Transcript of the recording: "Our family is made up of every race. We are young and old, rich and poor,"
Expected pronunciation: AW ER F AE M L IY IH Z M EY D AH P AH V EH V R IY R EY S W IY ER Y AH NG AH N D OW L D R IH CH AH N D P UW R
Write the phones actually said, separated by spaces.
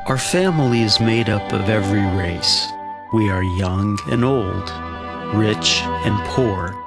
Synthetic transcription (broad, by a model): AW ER F AE M L IY IH Z M EY D AH P AH V EH V R IY R EY S W IY ER Y AH NG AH N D OW L D R IH CH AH N P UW R